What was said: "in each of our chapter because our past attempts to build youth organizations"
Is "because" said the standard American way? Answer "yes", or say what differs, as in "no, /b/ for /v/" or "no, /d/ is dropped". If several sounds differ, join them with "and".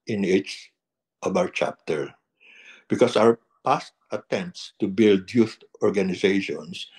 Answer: no, /s/ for /z/